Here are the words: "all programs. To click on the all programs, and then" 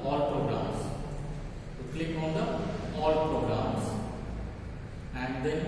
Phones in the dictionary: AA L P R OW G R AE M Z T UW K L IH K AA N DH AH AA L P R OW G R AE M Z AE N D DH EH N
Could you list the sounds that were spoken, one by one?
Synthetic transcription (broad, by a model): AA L P R OW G R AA M S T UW K L IH K AA N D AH AA L P R OW G R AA M S AE N D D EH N